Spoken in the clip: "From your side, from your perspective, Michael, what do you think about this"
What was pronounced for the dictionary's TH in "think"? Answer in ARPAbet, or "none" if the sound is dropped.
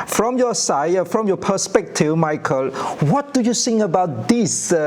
S